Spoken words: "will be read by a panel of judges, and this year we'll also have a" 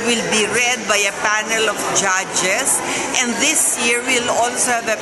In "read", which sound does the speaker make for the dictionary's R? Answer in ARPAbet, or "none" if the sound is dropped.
R